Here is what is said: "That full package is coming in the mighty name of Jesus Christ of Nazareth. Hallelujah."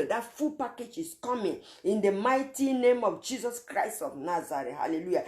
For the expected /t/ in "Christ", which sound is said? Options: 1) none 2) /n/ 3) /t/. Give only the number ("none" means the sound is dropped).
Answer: 3